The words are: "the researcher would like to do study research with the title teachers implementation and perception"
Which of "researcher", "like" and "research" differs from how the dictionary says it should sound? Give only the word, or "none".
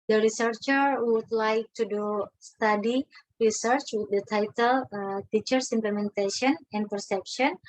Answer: none